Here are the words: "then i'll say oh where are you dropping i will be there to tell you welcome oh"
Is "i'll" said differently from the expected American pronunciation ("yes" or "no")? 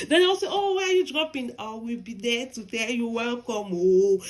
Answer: yes